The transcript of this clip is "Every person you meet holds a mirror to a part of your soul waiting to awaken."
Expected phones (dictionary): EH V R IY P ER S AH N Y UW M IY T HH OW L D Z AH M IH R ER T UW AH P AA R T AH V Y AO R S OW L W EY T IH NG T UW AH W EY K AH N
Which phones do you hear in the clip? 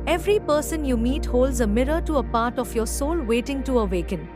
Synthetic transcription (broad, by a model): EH V R IY P ER S AH N Y UW M IY T HH OW L D Z AH M IH R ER T UW AH P AA R T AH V Y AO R S OW L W EY T IH NG T UW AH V EY K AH N